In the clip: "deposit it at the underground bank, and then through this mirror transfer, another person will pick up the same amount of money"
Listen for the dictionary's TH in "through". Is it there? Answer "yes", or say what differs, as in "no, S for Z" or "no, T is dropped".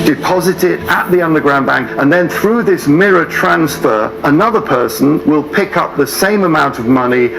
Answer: yes